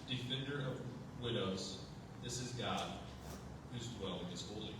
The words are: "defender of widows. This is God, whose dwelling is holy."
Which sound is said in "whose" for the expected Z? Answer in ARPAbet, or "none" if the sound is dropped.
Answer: Z